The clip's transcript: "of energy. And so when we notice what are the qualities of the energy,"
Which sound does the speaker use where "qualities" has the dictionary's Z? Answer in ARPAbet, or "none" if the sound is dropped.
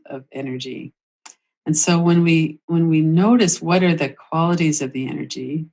Z